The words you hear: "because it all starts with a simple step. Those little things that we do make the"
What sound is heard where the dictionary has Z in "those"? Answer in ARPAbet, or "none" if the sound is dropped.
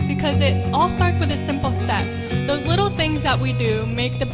Z